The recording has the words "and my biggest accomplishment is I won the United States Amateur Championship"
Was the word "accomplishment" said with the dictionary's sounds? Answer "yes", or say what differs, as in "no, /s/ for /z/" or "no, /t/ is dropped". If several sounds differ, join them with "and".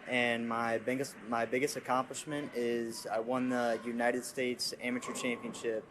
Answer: yes